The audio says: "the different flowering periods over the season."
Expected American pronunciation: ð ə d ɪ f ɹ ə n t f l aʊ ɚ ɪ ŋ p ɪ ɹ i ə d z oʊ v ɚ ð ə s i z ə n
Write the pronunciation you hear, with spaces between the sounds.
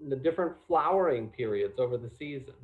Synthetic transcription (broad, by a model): ð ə d ɪ f ɹ ə n t f l aʊ ɚ ɪ ŋ p ɪ ɹ i ə d z oʊ v ɚ ð ə s i z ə n